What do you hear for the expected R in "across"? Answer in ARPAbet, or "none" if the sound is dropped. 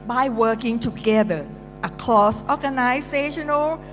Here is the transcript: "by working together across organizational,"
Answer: L